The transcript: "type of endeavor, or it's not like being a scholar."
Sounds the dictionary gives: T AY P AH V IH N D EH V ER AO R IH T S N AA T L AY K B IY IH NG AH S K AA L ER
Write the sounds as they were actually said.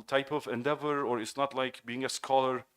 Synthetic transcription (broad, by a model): T AY P AH V IH N D EH V ER AO R IH T S N AA T L AY K B IY IH NG AH S K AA L ER